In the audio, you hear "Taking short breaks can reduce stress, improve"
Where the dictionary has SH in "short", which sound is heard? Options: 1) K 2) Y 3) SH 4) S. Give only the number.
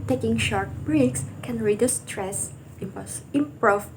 3